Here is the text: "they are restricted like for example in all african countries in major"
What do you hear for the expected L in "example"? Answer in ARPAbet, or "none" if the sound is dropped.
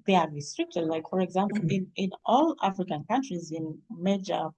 N